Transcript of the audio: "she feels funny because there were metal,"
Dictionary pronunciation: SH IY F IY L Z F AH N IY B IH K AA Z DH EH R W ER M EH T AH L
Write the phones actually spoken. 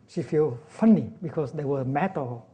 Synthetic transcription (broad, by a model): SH IY F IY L F AH N IY B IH K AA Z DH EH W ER M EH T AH